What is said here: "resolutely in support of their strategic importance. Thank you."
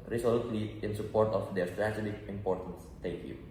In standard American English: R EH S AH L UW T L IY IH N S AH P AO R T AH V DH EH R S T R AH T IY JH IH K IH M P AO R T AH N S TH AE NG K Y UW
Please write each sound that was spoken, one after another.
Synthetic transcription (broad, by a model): R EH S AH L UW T L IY IH N S AH P AO R T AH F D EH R S T R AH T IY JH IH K IH M P AO R T AH N S T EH K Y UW